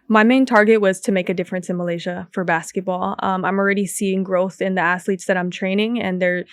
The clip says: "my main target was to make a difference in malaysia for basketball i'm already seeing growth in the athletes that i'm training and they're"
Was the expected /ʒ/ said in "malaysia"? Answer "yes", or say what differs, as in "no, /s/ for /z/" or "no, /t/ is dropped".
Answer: yes